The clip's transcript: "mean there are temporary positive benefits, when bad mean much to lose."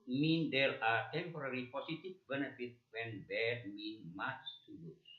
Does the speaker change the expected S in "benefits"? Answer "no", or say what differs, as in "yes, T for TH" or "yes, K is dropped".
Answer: yes, S is dropped